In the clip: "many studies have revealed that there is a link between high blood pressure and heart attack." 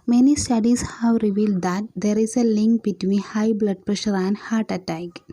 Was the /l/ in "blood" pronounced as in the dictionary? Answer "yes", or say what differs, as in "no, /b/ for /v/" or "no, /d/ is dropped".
yes